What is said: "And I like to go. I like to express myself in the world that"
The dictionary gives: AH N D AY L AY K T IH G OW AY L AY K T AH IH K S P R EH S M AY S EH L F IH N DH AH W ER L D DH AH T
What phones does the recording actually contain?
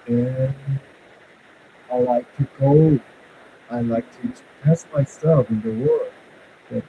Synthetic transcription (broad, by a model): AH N AY L AY K T IH G OW AY L AY K T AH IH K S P EH S M AY S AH F IH N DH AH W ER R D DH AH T